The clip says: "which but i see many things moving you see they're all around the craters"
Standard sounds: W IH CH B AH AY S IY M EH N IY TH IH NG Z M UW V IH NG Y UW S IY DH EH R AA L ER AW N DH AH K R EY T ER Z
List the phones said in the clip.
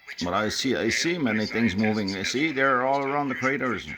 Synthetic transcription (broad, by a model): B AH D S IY AY S IY M EH N IY TH IH NG Z M UW V IH NG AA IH S IY DH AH R AA L ER AW N DH AH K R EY T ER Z